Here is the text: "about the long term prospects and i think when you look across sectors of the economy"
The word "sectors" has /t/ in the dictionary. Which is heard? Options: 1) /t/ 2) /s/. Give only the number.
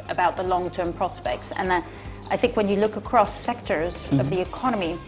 1